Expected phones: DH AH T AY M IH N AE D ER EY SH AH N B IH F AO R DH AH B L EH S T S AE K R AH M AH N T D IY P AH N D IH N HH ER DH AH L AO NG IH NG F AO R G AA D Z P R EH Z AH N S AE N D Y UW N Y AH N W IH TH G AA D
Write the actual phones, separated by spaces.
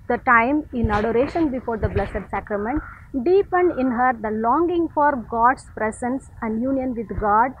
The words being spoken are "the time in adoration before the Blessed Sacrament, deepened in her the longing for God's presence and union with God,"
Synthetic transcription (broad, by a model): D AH T AY M IH N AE D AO EY SH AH N B IH F AO R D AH B L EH S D S AE K R AH M AH N T D IY P AH N D IH N HH ER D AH L AO NG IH NG F AO R G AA D S P R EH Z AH N S AE N D Y UW N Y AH N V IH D G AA D